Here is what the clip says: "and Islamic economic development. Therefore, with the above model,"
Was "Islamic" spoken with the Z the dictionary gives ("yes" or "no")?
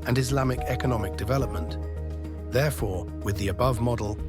yes